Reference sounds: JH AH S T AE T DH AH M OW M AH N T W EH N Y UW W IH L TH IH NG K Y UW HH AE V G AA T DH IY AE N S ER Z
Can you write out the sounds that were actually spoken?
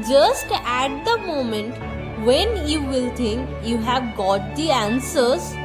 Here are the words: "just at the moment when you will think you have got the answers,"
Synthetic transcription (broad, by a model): JH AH S T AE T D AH M OW M AH N T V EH N Y UW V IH L T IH NG K Y UW HH AE V G AA T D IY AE N S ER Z